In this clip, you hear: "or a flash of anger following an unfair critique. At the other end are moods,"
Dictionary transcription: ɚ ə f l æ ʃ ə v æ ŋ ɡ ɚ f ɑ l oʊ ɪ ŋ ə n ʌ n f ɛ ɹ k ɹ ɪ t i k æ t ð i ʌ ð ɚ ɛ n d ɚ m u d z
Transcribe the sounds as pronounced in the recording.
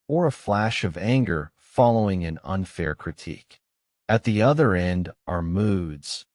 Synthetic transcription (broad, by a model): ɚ ə f l æ ʃ ə v æ ŋ ɡ ɚ f ɑ l oʊ ɪ ŋ ə n ʌ n f ɛ ɹ k ɹ ɪ t i k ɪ t ð i ʌ ð ɚ ɛ n d ɚ m u d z